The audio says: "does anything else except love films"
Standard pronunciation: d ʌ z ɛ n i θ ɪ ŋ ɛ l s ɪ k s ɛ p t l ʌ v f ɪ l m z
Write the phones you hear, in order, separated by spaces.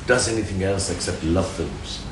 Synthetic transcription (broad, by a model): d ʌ z ɛ n i θ ɪ ŋ ɛ l s ɪ k s ɛ p t l ʌ v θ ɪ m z